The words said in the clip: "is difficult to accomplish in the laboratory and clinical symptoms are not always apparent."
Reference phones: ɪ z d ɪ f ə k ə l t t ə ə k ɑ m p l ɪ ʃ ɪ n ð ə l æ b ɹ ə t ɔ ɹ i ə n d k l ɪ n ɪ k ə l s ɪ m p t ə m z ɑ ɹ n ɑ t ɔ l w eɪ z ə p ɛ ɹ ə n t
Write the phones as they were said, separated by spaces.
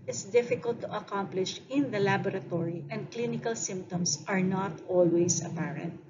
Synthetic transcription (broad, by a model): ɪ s d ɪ f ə k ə l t t ə ə k ɑ m p l ɪ ʃ ɪ n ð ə l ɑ b ɹ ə t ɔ ɹ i ə n d k l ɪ n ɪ k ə l s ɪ m p t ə m s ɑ ɹ n ɑ t ɔ l w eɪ s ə p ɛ ɹ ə n t